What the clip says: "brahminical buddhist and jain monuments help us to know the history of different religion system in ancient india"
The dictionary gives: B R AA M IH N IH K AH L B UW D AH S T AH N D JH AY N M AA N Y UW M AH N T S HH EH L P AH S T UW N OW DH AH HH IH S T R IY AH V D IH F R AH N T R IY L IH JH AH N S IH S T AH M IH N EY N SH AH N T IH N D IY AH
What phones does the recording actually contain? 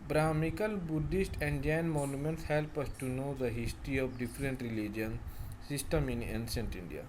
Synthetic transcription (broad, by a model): B R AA M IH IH K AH L B UW D AH S T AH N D JH AY N M AA N Y UW M AH N T S HH EH L P AH S T UW N OW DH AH HH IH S T R IY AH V D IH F R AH N T R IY L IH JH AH N S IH S T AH M IH N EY N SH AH N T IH N D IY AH